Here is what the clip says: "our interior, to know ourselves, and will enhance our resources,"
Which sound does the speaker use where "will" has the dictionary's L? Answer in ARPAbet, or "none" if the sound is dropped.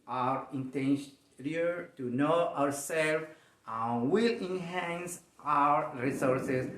L